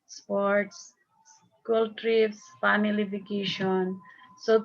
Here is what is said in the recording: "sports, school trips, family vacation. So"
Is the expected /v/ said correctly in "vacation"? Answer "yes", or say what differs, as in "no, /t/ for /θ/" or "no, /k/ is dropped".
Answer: no, /f/ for /v/